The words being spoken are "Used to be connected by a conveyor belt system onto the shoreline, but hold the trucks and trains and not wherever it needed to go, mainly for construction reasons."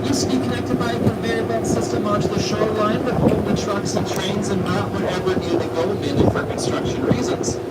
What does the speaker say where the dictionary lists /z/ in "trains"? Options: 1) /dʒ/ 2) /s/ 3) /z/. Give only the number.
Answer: 3